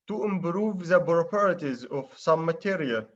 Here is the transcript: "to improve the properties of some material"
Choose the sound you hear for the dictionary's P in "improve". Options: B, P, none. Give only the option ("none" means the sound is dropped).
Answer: B